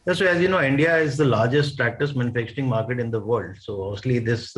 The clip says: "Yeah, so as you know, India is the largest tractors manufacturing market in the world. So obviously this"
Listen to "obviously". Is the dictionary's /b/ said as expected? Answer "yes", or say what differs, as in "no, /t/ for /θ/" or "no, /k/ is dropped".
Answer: no, /b/ is dropped